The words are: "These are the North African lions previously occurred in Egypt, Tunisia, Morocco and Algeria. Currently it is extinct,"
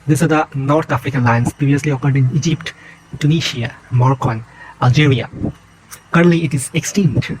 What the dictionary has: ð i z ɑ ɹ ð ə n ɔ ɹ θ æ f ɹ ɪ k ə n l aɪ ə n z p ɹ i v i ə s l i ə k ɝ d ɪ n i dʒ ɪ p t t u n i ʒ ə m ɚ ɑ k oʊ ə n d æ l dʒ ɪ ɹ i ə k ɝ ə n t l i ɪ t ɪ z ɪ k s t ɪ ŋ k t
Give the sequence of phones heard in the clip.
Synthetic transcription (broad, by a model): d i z ɑ ɹ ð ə n ɔ ɹ t æ f ɹ ɪ k ə n l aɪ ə n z p ɹ i v i ə s l i ə k ɝ d ɪ n i dʒ ɪ p t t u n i ʃ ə m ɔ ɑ k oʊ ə n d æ l dʒ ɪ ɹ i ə k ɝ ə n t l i ɪ t ɪ z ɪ k s t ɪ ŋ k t